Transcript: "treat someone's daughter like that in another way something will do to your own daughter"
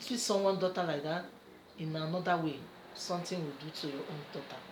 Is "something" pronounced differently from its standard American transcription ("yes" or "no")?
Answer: yes